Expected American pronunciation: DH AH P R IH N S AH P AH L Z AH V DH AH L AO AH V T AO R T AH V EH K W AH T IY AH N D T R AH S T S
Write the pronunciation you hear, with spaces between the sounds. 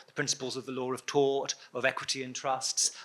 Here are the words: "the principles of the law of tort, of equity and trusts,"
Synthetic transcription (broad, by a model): DH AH P R IH N S AH P AH L Z AH V DH AH L AO AH V T AO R T AH V EH K W AH T IY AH N T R AH S T S